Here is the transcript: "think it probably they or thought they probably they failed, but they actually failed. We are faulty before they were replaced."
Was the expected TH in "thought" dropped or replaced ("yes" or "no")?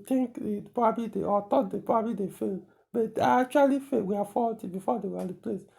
yes